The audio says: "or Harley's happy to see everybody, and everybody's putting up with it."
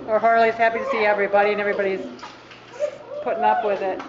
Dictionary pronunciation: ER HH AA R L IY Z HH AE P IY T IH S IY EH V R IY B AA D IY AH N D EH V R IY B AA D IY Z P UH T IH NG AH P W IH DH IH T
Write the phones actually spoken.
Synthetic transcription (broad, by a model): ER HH AA R L IY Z HH AE P IY T IH S IY EH V R IY B AA D IY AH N EH V R IY B AA D IY Z P UH T IH NG AH P W IH DH IH T